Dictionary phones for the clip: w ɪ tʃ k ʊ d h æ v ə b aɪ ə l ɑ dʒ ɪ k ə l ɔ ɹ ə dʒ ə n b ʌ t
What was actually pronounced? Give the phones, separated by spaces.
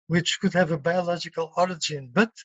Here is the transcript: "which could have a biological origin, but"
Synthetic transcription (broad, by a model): w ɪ tʃ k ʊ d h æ v ə b aɪ ə l ɑ dʒ ɪ k ə l ɔ ɹ ə dʒ ə n b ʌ t